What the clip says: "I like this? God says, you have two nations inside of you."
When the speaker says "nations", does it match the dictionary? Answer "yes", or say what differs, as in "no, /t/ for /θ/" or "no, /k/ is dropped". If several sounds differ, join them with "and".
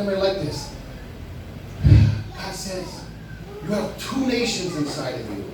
yes